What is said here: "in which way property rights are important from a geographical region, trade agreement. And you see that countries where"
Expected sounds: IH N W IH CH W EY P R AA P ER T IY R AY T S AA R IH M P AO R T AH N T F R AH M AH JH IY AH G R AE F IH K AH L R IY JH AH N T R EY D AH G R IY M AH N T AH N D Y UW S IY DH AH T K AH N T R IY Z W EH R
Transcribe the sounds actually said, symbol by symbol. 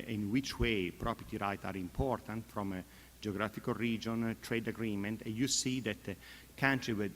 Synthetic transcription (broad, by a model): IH N W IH CH W EY P R AA P ER T IY R AY T AA R IH M P AO R T AH N T F R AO M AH JH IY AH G R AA F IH K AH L R IY JH AH N T R EY D AH G R IY M AH N T AH N D Y UW S IY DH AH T K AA N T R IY W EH